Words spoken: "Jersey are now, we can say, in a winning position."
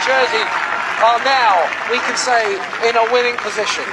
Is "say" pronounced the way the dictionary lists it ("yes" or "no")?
yes